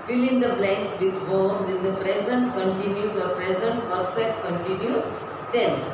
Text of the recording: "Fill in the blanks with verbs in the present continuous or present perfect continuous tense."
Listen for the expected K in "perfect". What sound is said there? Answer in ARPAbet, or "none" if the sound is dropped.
K